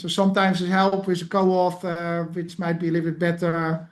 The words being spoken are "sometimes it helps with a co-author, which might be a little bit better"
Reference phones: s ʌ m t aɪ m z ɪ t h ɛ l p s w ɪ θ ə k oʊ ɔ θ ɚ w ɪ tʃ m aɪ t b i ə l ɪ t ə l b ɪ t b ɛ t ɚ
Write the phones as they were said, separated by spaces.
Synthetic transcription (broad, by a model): s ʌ m t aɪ m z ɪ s h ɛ l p w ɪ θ ə k oʊ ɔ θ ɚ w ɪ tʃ m aɪ t b i ə l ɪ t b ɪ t b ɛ t ɚ